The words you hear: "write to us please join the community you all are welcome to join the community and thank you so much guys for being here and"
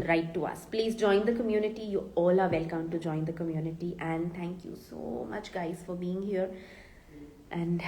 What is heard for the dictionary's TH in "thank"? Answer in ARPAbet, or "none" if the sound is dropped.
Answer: T